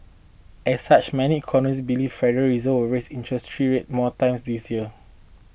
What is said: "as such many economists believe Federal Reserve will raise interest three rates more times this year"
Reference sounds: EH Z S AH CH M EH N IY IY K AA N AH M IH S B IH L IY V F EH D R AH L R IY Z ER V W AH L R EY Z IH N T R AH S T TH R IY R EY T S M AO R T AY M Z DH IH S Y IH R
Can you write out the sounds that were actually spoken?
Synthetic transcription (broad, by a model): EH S S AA CH M EH N IY IY K AA N AH M IH S B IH L IY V F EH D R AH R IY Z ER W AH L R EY S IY N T R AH S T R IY R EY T M AO T AY M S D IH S Y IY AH